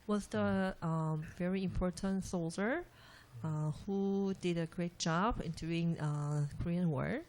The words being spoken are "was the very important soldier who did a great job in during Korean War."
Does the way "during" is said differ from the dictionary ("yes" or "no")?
yes